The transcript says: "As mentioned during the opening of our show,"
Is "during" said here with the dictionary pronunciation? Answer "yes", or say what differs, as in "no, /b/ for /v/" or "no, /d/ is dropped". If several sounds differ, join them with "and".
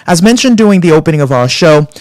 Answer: no, /ɹ/ is dropped